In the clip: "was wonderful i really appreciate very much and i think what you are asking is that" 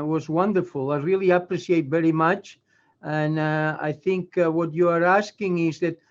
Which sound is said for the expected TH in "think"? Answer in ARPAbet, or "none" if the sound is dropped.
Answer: TH